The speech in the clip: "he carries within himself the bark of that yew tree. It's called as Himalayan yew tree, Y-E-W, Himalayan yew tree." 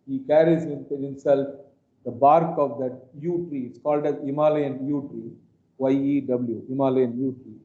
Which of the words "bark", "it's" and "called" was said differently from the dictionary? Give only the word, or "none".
none